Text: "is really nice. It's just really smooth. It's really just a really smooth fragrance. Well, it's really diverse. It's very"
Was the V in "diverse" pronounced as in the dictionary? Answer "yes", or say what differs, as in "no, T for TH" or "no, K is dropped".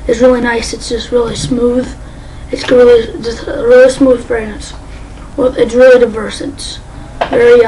yes